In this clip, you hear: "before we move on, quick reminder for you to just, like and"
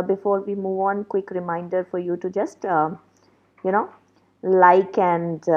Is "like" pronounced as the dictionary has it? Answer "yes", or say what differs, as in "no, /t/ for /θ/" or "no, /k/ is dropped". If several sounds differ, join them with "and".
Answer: yes